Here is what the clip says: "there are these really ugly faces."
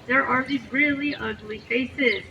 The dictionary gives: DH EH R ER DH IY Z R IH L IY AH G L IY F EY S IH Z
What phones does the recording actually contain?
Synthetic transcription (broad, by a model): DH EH R ER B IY R IH L IY AH G L IY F EY S IH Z